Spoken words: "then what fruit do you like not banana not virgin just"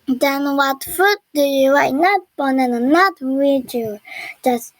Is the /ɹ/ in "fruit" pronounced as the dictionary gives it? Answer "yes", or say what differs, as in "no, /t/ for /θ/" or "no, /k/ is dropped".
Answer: no, /ɹ/ is dropped